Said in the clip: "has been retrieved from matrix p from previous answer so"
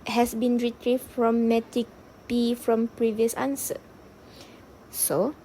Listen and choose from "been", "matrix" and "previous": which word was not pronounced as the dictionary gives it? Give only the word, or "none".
matrix